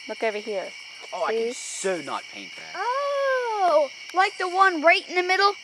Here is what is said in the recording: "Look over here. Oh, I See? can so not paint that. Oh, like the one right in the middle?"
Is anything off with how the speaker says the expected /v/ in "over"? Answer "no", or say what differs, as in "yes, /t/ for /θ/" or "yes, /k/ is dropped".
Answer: no